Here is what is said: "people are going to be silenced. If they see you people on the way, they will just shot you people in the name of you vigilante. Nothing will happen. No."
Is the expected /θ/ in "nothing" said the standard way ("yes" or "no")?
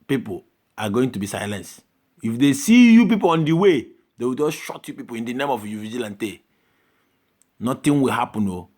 no